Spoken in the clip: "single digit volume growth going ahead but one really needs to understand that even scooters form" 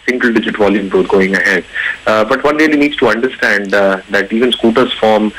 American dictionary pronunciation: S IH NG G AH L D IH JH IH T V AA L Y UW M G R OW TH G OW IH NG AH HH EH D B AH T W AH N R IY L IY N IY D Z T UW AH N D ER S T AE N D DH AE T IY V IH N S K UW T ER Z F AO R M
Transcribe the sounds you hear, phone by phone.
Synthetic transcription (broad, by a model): S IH NG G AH L D IH JH IH T V AA L Y UW M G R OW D G OW IH NG AH HH EH D B AH T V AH N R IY L IY N IY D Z T UW AH N D ER S T AE N D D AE T IY V IH N S K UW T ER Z F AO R M